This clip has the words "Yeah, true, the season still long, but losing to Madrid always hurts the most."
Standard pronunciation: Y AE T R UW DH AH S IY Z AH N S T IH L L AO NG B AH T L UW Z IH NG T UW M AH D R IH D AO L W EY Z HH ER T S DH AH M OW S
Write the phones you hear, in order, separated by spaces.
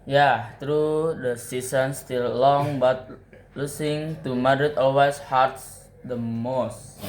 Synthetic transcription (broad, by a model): Y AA T R UW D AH S IY S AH N S T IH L L AO NG B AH T L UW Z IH NG T UW M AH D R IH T AO L W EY S HH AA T S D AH M OW S